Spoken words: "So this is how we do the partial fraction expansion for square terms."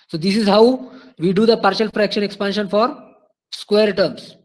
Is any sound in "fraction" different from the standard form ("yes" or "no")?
no